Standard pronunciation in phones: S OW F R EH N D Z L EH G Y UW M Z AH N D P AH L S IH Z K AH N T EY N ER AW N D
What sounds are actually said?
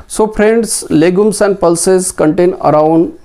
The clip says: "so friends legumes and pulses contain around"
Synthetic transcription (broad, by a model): S OW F R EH N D S L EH G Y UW M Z AH N D P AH L S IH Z K AH N T EY N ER AW N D